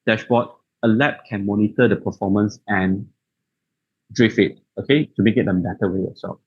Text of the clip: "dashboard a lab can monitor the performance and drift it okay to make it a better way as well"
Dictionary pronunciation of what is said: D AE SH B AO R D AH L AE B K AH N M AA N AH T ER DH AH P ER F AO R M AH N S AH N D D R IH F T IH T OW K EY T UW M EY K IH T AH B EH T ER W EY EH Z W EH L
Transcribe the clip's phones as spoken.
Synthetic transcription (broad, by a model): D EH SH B AO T AH L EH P K AH N M AA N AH T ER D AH P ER F AO M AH N S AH N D D R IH F IH T OW K EY T UW M EY K IH T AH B EH T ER W EY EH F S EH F